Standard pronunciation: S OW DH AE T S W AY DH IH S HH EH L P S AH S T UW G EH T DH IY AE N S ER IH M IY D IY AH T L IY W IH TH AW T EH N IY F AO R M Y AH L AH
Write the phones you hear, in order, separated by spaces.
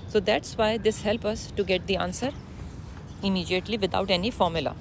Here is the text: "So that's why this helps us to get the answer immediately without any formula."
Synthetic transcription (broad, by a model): S OW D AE T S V AY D IH S HH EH L P AH S T UW G EH T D IY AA N S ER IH M IY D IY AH T L IY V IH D AW T EH N IY F AO R M Y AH L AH